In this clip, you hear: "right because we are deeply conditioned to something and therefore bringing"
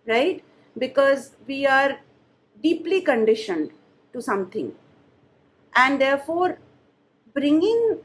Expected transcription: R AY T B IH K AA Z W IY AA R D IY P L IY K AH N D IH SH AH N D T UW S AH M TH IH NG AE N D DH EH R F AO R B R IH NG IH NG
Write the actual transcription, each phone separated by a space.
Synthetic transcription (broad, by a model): R AY T B IH K AA Z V IY AA R D IY P L IY K AH N D IH SH AH N D T UW S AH M T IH NG AE N D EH R F AO R B R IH NG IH NG